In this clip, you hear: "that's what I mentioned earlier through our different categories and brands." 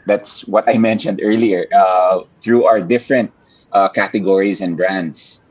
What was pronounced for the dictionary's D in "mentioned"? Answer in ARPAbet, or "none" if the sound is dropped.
D